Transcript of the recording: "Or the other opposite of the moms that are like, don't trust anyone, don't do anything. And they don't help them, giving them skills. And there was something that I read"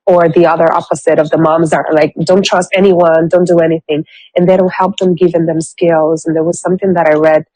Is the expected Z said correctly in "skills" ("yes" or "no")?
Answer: yes